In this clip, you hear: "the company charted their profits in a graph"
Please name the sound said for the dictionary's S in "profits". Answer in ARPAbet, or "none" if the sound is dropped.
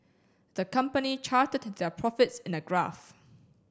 S